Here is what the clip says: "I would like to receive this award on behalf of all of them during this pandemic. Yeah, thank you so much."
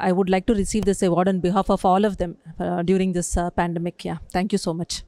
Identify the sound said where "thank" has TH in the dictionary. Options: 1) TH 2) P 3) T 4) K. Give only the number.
3